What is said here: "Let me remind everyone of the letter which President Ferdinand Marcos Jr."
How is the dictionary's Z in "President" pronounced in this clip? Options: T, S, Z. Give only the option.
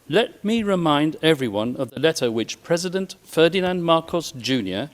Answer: Z